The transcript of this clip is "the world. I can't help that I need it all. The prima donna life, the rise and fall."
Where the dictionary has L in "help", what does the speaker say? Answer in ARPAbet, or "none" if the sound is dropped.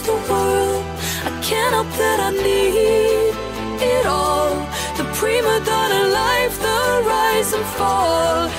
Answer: none